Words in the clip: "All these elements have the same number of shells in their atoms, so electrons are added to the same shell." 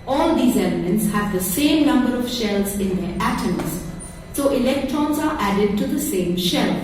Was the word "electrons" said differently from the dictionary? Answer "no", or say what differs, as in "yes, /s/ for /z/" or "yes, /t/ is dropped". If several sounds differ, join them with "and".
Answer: no